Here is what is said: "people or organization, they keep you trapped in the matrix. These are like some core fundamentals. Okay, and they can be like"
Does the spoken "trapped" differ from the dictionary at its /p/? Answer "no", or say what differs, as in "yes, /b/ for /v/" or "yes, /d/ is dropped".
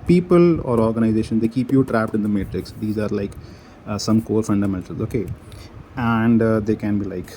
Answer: no